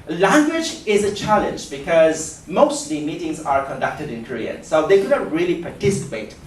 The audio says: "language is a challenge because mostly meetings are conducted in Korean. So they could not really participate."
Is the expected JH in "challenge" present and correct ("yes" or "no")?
yes